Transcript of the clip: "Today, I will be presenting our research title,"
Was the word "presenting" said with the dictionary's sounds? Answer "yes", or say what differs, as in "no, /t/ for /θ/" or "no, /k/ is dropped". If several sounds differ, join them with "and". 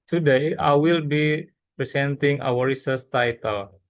no, /s/ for /z/